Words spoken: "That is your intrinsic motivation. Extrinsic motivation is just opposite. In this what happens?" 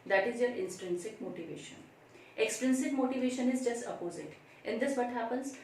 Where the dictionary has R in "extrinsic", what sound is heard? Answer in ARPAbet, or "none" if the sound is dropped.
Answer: R